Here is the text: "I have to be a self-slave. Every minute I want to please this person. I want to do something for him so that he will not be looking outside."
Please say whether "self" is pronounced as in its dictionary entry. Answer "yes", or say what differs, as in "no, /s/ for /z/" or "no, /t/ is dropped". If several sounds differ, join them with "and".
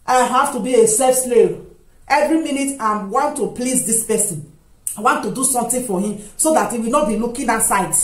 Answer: no, /l/ is dropped